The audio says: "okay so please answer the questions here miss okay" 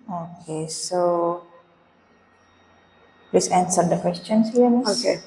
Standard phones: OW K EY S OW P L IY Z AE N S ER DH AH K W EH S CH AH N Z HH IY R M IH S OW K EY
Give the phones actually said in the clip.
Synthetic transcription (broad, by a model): OW K EY S OW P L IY S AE N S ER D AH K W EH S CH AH N S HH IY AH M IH OW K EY